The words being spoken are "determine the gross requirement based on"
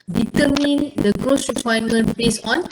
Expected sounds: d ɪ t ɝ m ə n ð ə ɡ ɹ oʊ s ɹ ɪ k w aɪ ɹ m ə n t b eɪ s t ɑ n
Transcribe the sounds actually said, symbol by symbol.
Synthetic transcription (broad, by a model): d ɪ t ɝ m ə n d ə ɡ ɹ oʊ s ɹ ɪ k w aɪ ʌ m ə n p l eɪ s ɑ n